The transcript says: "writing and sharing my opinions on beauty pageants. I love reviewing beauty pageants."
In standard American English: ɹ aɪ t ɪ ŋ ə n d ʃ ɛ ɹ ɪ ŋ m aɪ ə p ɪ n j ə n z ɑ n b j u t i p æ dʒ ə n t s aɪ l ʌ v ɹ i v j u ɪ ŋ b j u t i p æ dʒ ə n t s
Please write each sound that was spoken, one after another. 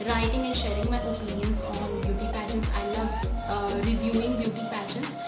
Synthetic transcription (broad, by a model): ɹ aɪ t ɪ ŋ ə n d ʃ ɛ ɹ ɪ ŋ m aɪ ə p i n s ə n ɑ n b j u t i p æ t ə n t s aɪ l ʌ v ɹ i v j u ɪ ŋ b j u t i p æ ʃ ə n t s